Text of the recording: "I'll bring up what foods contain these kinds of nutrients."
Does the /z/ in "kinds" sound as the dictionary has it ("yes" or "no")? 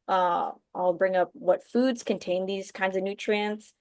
yes